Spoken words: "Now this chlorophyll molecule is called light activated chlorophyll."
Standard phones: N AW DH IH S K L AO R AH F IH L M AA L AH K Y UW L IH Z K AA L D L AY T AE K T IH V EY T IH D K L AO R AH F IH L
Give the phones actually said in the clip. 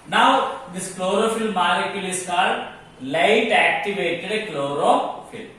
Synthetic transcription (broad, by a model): N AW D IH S K L AO R AH F IH L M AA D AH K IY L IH S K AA D L AY T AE K T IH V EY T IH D K L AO R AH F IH L